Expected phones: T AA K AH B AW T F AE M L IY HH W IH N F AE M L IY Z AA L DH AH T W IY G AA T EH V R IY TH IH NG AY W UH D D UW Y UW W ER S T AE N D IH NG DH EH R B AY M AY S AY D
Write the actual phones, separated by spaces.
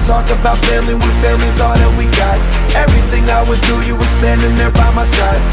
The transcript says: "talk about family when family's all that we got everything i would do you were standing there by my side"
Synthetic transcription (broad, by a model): T AA K AH B AW T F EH L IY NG W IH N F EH L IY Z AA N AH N W IY G AA T EH V R IY TH IH NG AY W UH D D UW Y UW W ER S T AE N D IH NG DH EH R B AY M AY S AY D